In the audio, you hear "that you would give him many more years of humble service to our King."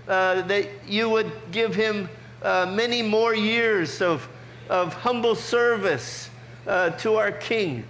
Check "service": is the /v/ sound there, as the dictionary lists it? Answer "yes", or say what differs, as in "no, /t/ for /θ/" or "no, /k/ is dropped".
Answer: yes